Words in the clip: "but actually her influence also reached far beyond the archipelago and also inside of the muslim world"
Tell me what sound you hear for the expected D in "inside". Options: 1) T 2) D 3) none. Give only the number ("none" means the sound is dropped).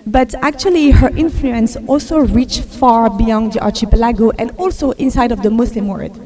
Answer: 2